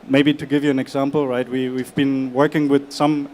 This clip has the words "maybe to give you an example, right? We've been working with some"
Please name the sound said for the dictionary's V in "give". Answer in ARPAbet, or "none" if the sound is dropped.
V